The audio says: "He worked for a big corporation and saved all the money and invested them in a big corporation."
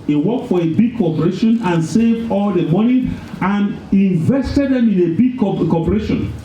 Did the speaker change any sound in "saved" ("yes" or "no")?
yes